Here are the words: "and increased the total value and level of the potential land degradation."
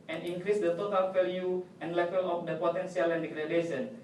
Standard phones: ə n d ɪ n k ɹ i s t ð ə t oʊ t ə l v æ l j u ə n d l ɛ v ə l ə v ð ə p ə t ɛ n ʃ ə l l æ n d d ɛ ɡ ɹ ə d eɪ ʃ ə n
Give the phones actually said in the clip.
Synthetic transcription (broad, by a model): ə n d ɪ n k ɹ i s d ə t oʊ t ə l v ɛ l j u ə n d l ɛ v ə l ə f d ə p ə t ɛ n s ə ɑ l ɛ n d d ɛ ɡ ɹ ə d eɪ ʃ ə n